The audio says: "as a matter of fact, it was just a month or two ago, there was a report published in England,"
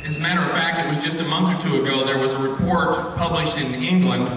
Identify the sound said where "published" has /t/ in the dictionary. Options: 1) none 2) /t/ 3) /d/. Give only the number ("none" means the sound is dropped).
2